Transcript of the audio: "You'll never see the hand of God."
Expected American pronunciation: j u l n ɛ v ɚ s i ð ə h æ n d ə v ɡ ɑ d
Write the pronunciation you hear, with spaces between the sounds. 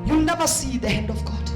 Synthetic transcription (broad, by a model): j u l n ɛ v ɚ s i ð ə h æ n d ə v ɡ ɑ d